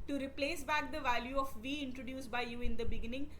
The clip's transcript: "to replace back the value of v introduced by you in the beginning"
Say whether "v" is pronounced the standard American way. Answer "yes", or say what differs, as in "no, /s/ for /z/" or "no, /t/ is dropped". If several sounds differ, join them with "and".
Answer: yes